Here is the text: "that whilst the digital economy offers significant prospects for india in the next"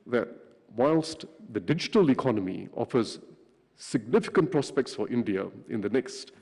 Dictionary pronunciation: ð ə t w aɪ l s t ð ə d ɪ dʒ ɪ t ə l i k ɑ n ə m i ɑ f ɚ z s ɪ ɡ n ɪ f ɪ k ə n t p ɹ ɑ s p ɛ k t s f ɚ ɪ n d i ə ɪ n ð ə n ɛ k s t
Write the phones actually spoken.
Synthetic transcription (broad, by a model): ð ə t w aɪ l s t ð ə d ɪ dʒ ɪ t ə l i k ɑ n ə m i ɑ f ɚ z s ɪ ɡ n ɪ f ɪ k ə n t p ɹ ɑ s p ɛ k t s f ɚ ɪ n d i ə ɪ n ð ə n ɛ k s t